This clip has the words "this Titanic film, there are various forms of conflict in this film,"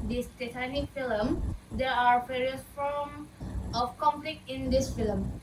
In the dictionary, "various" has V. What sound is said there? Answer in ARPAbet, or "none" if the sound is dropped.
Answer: P